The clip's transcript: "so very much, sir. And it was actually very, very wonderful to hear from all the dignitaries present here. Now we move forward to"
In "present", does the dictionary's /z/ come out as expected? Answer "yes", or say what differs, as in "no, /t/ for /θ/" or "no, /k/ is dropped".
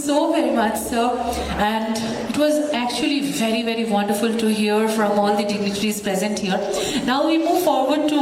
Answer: yes